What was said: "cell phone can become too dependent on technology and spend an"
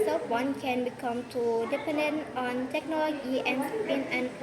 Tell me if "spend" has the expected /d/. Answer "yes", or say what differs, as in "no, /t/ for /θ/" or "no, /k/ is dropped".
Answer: no, /d/ is dropped